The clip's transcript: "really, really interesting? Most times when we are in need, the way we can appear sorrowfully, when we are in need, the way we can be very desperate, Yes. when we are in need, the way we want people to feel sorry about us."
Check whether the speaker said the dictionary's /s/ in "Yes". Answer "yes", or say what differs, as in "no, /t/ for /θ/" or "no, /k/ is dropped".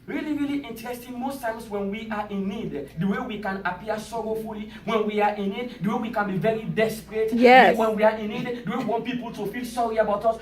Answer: no, /s/ is dropped